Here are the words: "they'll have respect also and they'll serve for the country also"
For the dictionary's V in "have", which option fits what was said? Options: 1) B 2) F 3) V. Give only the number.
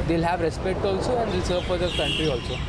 3